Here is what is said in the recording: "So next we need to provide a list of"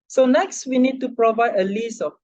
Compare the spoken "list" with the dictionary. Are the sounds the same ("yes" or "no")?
no